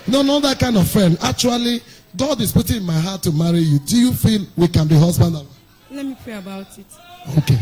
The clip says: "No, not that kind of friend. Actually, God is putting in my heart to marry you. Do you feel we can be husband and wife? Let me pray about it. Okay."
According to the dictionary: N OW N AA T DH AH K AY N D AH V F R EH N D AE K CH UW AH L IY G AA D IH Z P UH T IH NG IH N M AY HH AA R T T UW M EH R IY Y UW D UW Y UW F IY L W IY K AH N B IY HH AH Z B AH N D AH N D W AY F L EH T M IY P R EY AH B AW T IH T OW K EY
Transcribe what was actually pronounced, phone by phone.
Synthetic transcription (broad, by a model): N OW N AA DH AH K AY N D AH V F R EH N AA K CH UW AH L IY G AA D IH Z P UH T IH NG IH N M AY HH AA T T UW M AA R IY Y UW D UW Y UW F IY L W IY K AH N B IY HH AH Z B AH N D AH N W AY L EH T M IY P R EY AH B AW T IH T OW K EY